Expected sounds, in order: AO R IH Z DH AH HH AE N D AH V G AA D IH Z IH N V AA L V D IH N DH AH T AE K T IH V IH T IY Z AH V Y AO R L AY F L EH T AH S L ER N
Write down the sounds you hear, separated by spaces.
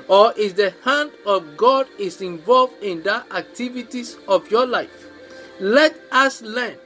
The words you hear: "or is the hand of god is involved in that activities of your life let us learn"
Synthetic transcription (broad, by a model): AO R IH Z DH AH HH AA N D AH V G AA D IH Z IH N V AA L V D IH N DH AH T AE K T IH V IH T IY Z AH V Y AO L AY F L EH T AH S L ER N